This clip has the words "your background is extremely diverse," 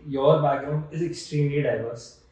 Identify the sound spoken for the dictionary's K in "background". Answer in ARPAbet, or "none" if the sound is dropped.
none